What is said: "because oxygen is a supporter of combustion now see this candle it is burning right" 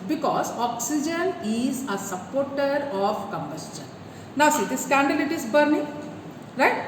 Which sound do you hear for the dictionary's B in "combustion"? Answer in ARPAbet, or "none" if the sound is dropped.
B